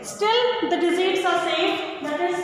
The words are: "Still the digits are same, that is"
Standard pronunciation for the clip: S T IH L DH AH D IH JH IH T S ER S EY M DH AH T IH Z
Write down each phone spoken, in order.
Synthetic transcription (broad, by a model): S T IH L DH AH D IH Z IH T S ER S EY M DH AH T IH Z